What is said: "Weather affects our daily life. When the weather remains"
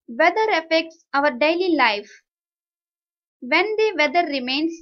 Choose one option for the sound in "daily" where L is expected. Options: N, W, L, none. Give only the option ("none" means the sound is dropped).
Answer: L